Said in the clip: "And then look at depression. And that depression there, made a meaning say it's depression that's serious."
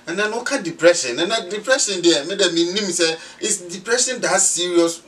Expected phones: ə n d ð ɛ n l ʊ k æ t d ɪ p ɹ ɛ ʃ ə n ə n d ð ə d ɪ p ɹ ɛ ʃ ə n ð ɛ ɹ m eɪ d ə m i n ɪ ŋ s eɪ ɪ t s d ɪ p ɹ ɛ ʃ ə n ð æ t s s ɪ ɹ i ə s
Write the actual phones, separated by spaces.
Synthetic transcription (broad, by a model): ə n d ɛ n w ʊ k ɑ d ɪ p ɹ ɛ ʃ ə n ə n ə d ɪ p ɹ ɛ ʃ ə n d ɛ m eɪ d ə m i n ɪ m s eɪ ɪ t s d ɪ p ɹ ɛ ʃ ə n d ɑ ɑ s s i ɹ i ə s